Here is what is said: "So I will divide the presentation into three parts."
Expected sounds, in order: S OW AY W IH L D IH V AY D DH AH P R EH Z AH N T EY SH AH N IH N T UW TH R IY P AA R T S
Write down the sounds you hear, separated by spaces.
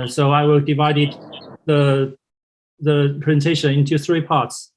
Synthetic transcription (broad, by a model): S OW AY W IH L D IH V AY D DH AH P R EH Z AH N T EY SH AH N IH N T UW TH R IY P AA R T S